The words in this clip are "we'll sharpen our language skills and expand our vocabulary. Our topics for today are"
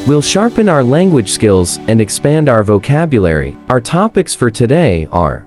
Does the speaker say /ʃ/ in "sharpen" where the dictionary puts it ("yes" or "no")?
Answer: yes